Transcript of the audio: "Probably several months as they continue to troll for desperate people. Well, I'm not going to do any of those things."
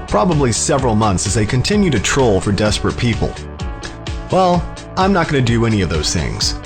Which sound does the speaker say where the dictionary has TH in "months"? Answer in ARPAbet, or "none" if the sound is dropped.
TH